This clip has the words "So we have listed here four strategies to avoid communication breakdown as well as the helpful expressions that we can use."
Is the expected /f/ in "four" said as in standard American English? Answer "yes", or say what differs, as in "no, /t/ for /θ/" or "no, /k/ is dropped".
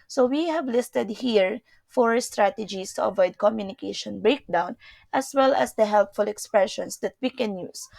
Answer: yes